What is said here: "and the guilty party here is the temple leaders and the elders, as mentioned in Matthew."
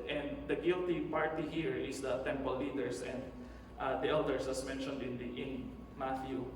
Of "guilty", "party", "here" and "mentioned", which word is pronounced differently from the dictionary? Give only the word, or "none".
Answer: none